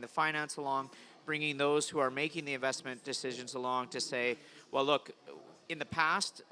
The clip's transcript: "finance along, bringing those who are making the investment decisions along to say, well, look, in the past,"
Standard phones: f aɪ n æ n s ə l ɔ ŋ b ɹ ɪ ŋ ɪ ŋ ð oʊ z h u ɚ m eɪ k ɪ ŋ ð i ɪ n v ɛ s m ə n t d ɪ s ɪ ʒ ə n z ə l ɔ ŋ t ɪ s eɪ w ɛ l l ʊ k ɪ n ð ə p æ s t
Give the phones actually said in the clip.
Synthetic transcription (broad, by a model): f aɪ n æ n s ə l ɔ ŋ b ɹ ɪ ŋ ɪ ŋ ð oʊ z h u ɚ m eɪ k ɪ ŋ ð i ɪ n v ɛ s m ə n d ɪ s ɪ ʒ ə n z ə l ɔ ŋ t ɪ s eɪ w ɛ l l ʊ k ɪ n ð ə p æ s t